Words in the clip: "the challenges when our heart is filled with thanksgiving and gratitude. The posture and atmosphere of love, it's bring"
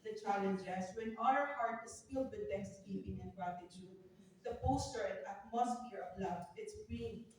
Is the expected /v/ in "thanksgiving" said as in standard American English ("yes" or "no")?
no